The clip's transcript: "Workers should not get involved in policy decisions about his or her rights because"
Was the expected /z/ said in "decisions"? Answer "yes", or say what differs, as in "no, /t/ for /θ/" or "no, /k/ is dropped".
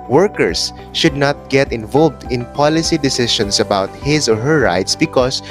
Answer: no, /s/ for /z/